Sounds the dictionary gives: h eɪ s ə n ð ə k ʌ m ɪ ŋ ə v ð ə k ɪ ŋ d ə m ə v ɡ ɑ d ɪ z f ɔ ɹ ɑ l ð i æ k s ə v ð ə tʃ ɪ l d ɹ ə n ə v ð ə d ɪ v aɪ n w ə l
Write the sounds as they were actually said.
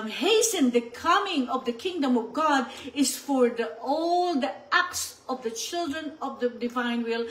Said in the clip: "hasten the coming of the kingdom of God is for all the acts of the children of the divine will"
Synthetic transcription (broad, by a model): h eɪ s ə n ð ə k ʌ m ɪ ŋ ə v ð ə k ɪ ŋ d ə m ə v ɡ ɑ d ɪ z f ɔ ɹ ɑ l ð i æ k s ə v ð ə tʃ ɪ l d ɹ ə n ə v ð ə d ɪ v aɪ n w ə l